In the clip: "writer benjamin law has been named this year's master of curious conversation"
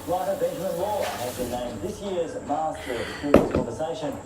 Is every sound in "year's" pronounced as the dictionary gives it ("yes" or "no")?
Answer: yes